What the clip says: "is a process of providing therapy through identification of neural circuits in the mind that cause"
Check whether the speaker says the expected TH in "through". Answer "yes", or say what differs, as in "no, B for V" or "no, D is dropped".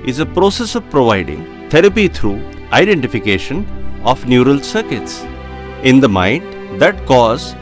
no, T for TH